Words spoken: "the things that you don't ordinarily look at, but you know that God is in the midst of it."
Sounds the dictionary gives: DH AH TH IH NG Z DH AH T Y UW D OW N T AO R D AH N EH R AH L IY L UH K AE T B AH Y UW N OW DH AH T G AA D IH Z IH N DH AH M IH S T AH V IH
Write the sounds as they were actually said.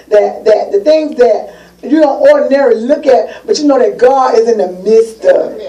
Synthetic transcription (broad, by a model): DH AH TH IH NG Z DH AH T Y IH D OW N T AO R D N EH R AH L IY L UH K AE T B AH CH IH N OW DH AH T G AA D IH Z IH N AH M IH S T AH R